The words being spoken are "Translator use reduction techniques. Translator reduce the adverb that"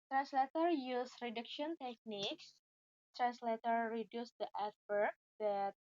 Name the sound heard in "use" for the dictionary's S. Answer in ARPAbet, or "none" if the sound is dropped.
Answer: S